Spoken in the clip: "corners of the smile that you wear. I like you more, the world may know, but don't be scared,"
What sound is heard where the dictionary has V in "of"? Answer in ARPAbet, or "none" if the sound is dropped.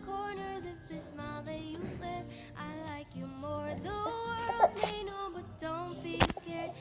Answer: F